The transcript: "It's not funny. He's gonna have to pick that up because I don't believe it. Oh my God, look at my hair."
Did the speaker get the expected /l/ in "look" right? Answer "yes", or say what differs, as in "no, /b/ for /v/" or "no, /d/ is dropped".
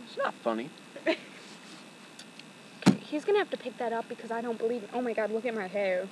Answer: no, /w/ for /l/